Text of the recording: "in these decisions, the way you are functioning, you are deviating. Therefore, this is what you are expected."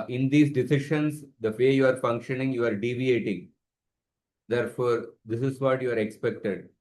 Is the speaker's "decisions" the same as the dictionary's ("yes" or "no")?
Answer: no